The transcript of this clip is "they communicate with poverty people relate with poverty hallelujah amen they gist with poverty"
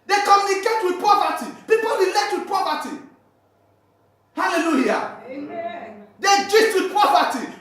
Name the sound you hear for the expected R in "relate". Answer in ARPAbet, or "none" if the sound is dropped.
W